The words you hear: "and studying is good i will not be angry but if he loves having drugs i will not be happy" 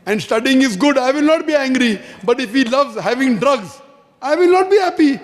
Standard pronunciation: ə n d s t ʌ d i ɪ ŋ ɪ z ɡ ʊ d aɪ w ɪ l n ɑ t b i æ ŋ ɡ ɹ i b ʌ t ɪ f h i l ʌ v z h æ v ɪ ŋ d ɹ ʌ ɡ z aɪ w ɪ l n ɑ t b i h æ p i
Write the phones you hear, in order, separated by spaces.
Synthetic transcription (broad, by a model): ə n d s t ʌ d i ɪ ŋ ɪ z ɡ ʊ d aɪ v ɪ l n ɑ t b i æ ŋ ɡ ɹ i b ʌ t ɪ f h i l ʌ v z h æ v ɪ ŋ d ɹ ʌ ɡ z aɪ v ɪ l n ɑ t b i h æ p i